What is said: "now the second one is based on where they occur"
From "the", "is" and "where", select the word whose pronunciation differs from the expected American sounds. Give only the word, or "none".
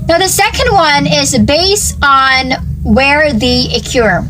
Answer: none